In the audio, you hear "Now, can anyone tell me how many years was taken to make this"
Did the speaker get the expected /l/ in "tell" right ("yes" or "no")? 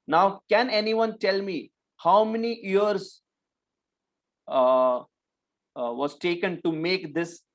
yes